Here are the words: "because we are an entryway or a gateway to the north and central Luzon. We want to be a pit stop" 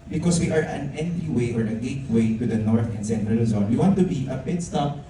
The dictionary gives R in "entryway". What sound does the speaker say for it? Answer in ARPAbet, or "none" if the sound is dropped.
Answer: none